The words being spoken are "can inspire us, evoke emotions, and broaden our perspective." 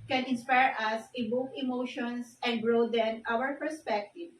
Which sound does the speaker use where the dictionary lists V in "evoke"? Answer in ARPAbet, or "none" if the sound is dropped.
B